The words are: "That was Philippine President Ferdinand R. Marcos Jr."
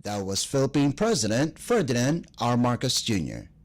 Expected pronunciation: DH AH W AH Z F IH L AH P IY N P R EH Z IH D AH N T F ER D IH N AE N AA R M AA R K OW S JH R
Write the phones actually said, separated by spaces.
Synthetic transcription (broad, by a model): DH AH W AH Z F IH L AH P IY N P R EH Z IH D AH N T F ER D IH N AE N AA R M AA R K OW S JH R